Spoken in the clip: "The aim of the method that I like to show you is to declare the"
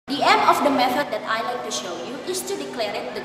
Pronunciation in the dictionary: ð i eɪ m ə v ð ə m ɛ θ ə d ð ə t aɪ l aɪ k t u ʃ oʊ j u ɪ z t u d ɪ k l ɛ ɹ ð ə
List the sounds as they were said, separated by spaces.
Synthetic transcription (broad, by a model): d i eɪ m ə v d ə m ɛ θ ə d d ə t aɪ l aɪ k t u ʃ oʊ j u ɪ s t u d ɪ k l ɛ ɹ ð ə